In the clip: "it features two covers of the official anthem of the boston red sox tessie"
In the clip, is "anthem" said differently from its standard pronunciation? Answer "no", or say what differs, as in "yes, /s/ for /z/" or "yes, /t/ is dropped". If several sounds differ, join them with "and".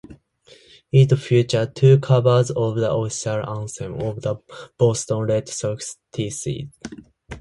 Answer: yes, /s/ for /θ/